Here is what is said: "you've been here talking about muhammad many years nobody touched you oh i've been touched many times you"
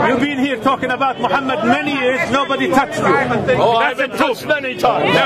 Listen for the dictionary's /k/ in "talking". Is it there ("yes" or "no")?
yes